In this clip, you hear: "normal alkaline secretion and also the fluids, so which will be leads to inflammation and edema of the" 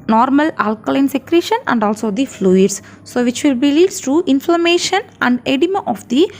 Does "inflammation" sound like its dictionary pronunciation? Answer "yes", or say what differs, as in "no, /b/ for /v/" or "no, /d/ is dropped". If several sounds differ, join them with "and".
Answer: yes